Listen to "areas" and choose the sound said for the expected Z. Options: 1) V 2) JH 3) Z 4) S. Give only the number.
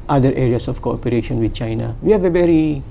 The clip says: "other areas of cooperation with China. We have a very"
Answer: 4